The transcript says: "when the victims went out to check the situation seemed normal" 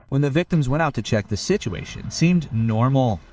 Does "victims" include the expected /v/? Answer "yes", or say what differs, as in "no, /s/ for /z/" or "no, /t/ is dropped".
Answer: yes